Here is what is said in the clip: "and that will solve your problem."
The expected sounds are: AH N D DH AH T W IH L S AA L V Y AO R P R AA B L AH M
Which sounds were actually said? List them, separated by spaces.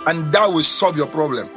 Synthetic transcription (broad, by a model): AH N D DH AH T W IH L S AA L V Y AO P R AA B L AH M